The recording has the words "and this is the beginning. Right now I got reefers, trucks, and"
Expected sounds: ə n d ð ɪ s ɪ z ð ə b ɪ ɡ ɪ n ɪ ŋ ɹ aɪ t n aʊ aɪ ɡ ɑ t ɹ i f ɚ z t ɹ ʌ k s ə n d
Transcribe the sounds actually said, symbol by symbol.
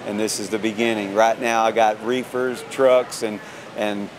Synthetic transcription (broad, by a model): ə n ð ɪ s ɪ z ð ə b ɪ ɡ ɪ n ɪ ŋ ɹ aɪ t n aʊ aɪ ɡ ɑ t ɹ i f ɚ z t ɹ ʌ k s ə n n